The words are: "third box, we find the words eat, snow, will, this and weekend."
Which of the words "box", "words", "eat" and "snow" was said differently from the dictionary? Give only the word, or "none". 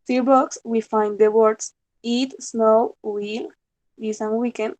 words